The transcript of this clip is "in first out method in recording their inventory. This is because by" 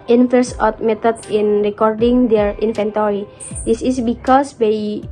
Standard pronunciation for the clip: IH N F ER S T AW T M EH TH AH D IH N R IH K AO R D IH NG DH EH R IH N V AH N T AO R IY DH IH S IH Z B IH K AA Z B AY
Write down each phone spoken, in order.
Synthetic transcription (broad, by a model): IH N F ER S AO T M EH T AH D IH N R IH K AO R D IH NG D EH R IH N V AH N T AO R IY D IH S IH S B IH K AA S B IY